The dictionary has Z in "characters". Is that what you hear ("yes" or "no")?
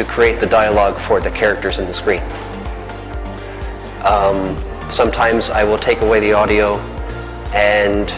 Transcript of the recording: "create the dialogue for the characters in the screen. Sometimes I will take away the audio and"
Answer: yes